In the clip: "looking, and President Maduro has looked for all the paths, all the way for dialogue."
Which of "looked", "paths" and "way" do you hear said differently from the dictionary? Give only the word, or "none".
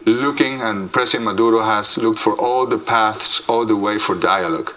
none